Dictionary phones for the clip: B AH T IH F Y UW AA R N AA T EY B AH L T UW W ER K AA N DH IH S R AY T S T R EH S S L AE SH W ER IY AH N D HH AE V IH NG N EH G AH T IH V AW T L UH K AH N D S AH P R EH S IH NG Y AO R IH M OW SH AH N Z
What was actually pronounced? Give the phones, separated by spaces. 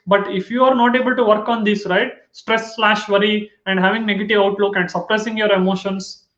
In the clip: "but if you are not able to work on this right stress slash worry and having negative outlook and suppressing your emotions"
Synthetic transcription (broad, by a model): B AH T IH F Y UW AA R N AA T EY B AH L T UW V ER K AA N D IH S R AY T S T R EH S S L AE SH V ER IY AH N D HH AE V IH NG N EH G AH T IH V AW T L UH K AH N D S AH P R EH S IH NG Y AO R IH M OW SH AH N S